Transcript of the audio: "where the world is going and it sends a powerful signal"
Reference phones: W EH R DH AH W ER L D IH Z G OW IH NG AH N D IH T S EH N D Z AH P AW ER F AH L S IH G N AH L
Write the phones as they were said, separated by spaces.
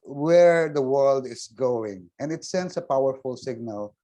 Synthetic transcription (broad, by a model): W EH R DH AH W ER L D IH S G OW IH NG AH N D IH T S EH N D S AH P AW ER F AH L S IH G N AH L